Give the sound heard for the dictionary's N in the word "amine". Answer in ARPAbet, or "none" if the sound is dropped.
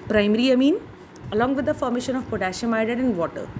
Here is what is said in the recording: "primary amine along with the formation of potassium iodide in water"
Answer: N